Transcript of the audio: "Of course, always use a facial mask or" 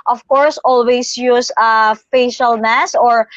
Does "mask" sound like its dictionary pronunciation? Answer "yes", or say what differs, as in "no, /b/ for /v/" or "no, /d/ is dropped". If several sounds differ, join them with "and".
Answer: no, /k/ is dropped